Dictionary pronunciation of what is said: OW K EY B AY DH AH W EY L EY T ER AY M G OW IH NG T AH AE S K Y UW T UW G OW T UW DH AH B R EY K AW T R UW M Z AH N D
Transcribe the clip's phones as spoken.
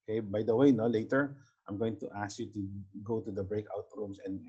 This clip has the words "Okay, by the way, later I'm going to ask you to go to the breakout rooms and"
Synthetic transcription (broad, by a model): K EY B AY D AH W EY L EY T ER AY M G OW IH NG T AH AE S K Y UW T UW G OW T UW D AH B R EY K AW T R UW M S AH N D